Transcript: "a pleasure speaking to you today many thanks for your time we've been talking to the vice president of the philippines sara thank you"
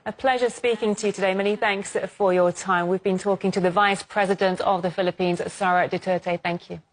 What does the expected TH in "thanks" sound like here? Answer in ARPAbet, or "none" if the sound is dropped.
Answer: TH